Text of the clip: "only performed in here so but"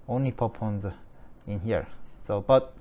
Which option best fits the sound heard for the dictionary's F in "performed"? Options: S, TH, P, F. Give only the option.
P